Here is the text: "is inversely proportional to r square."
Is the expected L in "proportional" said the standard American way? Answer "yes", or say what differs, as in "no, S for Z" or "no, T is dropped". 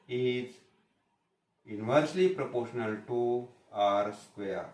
yes